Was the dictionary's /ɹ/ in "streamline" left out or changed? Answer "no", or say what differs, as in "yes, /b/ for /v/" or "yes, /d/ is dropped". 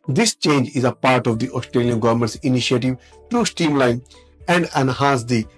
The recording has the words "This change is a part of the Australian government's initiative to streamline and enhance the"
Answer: yes, /ɹ/ is dropped